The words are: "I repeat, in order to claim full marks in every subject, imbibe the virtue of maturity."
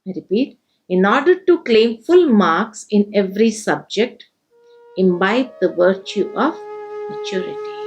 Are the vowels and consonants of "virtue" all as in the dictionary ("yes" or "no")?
yes